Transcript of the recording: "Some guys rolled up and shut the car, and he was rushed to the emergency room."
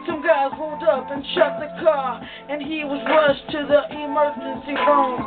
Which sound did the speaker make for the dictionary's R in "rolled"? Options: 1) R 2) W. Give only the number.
2